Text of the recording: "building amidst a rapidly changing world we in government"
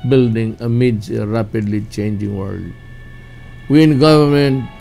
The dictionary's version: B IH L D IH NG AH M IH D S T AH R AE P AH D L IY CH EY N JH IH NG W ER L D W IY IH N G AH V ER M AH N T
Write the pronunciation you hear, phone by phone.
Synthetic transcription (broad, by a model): B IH L D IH NG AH M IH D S AH R AE P AH D L IY CH EY N JH IH NG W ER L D W IY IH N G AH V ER M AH N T